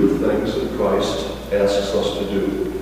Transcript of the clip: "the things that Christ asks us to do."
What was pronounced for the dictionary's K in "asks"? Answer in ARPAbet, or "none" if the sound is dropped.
none